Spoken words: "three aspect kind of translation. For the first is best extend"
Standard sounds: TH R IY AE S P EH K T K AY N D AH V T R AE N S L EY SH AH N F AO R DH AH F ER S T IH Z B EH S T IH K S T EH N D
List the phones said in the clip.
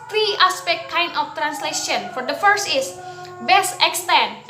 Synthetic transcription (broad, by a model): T R IY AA S P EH K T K AY N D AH F T R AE N S L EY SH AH N F AO R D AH F ER S T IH S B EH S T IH K S T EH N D